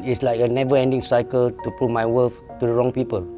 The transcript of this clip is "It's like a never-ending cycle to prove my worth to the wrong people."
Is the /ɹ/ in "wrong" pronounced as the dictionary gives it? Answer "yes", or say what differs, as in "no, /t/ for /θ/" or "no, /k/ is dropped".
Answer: yes